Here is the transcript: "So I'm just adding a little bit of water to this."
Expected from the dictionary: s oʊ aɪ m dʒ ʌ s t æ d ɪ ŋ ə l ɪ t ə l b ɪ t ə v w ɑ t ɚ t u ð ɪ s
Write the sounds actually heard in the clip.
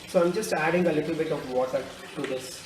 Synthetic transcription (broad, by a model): s oʊ aɪ m dʒ ʌ s t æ d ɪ ŋ ə l ɪ t ə l b ɪ t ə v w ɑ s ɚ t u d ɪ s